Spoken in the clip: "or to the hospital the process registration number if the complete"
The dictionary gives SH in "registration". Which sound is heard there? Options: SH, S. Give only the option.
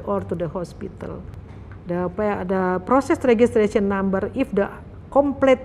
S